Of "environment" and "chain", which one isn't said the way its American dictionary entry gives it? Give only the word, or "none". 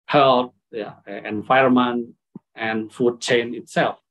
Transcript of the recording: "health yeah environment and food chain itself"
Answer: environment